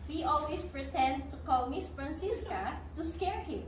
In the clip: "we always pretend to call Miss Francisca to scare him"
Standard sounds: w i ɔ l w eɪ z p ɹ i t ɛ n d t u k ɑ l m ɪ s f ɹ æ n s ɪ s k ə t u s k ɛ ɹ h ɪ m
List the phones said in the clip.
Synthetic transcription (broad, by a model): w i ɔ l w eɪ s p ɹ i t ɛ n d t u k ɑ l m ɪ s f ɹ æ n s ɪ s k ə t u s k ɛ ɹ h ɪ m